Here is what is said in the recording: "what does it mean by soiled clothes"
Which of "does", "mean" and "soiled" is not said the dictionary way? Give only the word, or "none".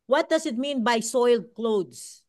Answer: does